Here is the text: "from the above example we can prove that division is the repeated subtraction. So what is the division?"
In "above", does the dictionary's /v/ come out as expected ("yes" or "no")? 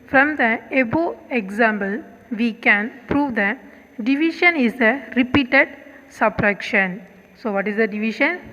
no